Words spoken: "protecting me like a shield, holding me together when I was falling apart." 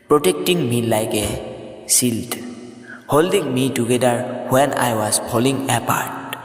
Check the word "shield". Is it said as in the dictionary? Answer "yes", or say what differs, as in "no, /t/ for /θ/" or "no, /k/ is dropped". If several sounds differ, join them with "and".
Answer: no, /s/ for /ʃ/